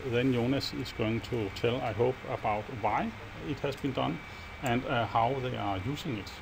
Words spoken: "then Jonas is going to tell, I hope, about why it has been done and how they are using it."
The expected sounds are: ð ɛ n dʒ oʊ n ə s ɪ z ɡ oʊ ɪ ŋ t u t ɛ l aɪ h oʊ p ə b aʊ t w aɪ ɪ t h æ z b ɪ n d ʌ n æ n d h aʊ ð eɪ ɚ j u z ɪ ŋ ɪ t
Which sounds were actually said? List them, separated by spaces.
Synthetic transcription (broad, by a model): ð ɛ n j oʊ n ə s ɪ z ɡ oʊ ɪ ŋ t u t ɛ l aɪ h oʊ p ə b aʊ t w aɪ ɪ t h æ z b ɪ n d ʌ n æ n d h aʊ ð eɪ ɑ j u s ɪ ŋ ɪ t